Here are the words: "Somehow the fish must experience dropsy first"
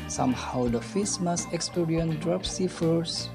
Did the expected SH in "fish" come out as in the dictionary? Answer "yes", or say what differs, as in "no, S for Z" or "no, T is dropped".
no, S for SH